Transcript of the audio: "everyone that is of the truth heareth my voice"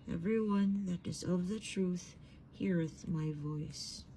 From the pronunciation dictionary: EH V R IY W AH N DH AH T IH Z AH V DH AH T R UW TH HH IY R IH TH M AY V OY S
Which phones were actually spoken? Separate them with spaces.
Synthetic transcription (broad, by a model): EH V R IY W AH N DH AH T IH Z AH V DH AH T R UW TH HH IY R IH TH M AY V OY S